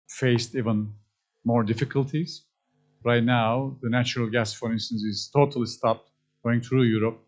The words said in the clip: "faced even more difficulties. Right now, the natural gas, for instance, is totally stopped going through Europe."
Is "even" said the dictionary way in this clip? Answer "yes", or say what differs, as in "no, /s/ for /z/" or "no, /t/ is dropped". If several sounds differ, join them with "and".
yes